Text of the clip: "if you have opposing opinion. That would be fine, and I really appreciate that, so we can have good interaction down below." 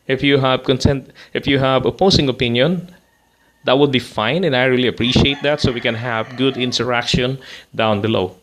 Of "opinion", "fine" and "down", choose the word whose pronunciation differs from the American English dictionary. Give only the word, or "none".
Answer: none